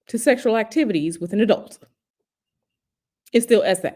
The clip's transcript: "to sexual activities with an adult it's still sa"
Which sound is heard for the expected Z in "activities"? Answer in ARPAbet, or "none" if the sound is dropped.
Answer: Z